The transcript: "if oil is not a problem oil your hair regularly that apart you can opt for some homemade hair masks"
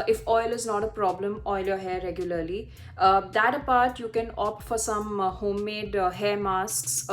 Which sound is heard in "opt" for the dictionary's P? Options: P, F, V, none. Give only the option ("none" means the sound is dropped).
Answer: P